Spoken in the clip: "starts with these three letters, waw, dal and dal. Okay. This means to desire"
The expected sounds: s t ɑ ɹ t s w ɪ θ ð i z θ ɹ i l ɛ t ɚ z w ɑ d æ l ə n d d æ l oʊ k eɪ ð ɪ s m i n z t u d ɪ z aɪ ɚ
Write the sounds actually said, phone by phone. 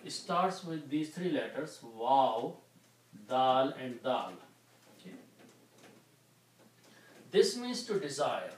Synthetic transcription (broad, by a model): s t ɑ ɹ t s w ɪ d i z t ɹ i l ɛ t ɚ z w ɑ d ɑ l ə n d d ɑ l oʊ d ɪ s m i n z t u d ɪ z aɪ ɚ